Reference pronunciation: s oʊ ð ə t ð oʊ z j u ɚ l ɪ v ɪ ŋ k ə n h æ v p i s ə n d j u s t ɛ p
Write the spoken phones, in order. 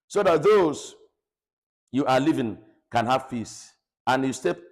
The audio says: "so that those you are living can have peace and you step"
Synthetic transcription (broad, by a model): s oʊ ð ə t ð oʊ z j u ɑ l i v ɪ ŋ k ə n h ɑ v f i s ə n j u s t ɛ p